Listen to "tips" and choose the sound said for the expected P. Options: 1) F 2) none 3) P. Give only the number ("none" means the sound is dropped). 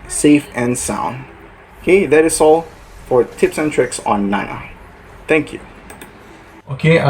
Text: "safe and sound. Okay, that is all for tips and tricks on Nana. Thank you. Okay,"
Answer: 3